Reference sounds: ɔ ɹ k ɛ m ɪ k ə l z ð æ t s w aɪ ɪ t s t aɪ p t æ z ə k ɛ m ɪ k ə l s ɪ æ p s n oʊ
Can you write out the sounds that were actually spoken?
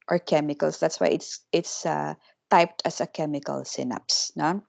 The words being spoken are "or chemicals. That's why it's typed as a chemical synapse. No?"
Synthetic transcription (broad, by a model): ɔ ɹ k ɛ m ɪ k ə l s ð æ t s w aɪ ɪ t s t aɪ p t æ s ə k ɛ m ɪ k ə l s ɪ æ p s n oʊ